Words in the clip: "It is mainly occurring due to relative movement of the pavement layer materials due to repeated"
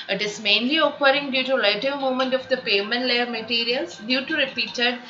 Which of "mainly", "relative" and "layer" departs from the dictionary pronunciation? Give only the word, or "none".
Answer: relative